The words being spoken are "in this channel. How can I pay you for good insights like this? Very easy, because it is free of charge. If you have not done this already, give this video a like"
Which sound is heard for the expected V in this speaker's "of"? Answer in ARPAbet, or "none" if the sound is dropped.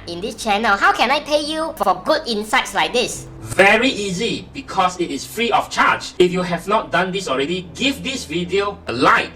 F